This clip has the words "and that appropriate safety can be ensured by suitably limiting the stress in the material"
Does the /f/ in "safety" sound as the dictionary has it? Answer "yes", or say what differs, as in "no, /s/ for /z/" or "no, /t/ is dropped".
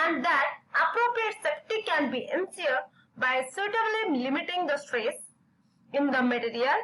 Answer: no, /p/ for /f/